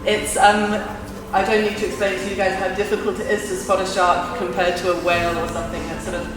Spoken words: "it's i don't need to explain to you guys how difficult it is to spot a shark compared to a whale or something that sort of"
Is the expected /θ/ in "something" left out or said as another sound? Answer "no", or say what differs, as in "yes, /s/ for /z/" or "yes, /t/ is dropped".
no